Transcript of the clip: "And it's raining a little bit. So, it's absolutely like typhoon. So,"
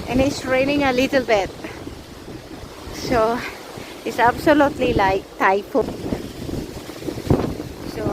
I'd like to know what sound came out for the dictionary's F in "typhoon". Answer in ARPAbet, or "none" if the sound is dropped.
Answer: P